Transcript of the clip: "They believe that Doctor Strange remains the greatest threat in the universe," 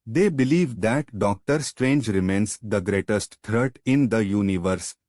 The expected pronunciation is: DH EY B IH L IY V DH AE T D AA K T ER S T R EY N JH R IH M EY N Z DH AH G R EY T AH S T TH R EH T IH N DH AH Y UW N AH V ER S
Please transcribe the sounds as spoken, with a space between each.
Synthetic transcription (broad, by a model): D EY B IH L IY V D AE T D AA K T ER S T R EY N JH R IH M EY N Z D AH G R EY T AH S T T R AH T IH N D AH Y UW N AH V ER S